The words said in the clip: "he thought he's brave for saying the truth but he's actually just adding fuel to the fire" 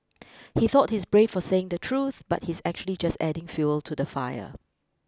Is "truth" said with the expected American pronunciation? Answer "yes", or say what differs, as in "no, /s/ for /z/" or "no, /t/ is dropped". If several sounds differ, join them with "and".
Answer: yes